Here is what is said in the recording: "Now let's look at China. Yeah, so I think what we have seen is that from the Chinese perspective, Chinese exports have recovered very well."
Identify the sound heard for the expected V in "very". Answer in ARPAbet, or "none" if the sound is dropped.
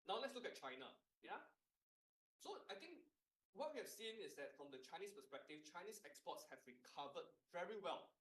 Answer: V